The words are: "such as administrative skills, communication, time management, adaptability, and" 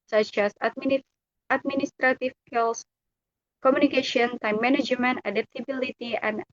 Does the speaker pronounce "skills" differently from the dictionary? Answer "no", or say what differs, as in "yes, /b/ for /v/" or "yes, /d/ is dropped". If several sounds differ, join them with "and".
yes, /s/ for /z/